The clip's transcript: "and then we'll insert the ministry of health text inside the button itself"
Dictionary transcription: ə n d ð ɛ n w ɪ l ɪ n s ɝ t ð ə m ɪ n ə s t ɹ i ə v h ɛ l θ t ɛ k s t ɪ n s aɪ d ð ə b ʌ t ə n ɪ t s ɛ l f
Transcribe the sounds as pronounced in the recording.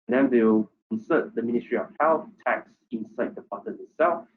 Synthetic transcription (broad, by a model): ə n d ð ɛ n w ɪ w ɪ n s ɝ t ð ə m ɪ n ə s t ɹ i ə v h ɛ l θ t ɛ k s ɪ n s aɪ d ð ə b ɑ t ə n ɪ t s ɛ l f